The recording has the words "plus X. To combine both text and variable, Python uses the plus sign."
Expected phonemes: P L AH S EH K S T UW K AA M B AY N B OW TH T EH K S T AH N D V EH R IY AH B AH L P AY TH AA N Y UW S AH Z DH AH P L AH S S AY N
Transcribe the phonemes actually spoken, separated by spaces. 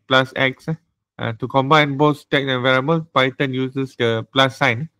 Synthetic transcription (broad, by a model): P L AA S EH K S T UW K AA M B AY N B OW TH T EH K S AH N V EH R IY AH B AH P AY T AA N Y UW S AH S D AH P L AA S S AY N